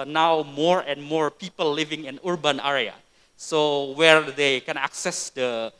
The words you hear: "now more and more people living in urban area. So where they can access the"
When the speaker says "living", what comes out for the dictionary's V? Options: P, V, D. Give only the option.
V